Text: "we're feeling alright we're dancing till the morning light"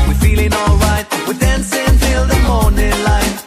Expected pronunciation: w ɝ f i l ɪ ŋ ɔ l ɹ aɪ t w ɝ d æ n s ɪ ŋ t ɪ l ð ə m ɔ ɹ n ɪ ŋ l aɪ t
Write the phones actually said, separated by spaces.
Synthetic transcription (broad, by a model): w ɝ f i l ɪ ŋ ɔ l ɹ aɪ t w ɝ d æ n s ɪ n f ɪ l ð ə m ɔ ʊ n ɪ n l aɪ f